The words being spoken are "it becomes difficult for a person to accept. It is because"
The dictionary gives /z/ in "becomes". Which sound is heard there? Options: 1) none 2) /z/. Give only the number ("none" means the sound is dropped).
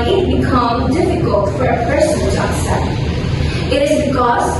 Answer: 1